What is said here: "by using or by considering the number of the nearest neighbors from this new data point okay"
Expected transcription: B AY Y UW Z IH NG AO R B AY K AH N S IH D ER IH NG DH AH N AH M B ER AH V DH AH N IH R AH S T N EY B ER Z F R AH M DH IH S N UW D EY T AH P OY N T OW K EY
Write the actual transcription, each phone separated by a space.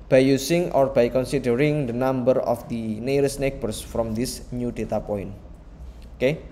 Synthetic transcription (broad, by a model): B AY Y UW S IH NG AO R B AY K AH N S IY D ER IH NG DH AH N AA M B ER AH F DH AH N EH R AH S N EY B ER S F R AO M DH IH S N UW D EY T AH P OY N OW K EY